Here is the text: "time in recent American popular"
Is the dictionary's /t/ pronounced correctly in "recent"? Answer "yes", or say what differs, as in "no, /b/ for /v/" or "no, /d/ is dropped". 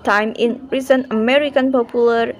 no, /t/ is dropped